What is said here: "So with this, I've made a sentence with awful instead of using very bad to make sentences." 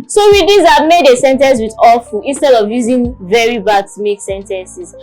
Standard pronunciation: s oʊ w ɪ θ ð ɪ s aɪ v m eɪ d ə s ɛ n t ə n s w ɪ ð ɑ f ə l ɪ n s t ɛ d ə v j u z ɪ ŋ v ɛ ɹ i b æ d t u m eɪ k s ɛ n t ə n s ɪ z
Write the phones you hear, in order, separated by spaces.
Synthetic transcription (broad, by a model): s oʊ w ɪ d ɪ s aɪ m eɪ d ə s ɛ n t ə n s w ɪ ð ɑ f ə ɪ n s t ɛ d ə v j u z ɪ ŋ v ɛ ɹ i b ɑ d t u m eɪ k s ɛ n t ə n s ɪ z